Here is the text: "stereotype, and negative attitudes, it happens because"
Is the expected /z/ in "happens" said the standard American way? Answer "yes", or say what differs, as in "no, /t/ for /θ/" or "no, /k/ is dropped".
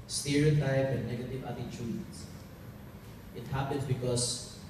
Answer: no, /s/ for /z/